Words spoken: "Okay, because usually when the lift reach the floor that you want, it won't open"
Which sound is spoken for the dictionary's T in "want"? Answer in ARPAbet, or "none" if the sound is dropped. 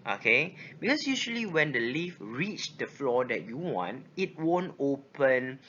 T